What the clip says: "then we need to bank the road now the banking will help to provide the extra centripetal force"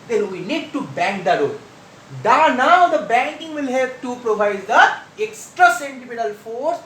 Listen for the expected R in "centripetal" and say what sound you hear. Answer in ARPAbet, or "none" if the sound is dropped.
none